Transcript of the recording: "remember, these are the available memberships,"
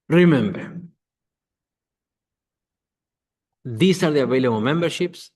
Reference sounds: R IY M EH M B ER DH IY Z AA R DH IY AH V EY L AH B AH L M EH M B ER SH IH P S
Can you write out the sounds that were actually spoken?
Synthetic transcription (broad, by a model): R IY M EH M B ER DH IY S AA R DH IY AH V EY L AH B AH M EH M B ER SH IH P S